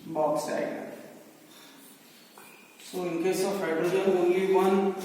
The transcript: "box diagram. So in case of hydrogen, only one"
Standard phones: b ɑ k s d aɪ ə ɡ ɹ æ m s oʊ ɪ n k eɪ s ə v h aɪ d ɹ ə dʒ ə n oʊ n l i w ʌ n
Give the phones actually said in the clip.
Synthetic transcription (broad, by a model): b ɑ k s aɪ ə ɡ ɑ s oʊ ɪ n k eɪ s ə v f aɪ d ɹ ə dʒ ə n oʊ n l i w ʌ n